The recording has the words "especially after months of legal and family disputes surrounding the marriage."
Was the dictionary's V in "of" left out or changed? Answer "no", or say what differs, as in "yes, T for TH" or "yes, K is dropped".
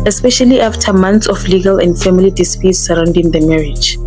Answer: yes, F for V